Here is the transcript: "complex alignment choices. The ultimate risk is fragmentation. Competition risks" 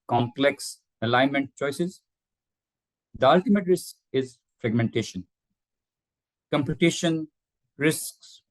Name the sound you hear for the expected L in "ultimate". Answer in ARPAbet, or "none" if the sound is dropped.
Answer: L